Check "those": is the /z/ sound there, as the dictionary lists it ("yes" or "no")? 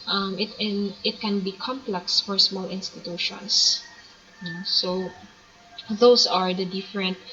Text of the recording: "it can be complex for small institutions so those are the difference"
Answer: no